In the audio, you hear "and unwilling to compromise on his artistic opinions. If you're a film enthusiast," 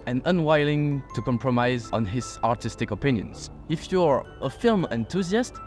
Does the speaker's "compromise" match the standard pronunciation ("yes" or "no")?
yes